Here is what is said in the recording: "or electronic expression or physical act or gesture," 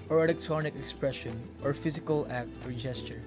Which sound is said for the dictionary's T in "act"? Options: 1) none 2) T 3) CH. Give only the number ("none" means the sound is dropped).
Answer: 2